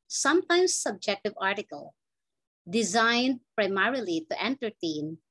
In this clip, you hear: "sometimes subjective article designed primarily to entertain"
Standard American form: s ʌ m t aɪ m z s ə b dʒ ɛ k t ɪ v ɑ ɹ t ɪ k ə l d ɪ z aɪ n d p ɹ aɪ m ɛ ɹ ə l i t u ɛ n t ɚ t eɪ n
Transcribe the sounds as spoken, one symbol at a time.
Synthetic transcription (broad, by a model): s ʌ m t aɪ m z s ə b dʒ ɛ k t ɪ v ɑ ɹ t ɪ k ə l d ɪ z aɪ n d p ɹ aɪ m ɛ ɹ ə l i t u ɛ n t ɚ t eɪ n